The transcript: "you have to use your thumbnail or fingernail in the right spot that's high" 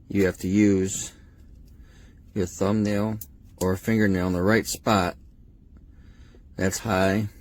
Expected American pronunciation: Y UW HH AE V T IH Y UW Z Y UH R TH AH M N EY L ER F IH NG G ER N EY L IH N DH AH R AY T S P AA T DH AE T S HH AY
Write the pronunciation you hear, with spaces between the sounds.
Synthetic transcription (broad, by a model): Y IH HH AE F T IH Y UW Z Y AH R TH AH M N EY L ER F IH NG G ER N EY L IH N DH AH R AY T S P AA T DH AE T S HH AY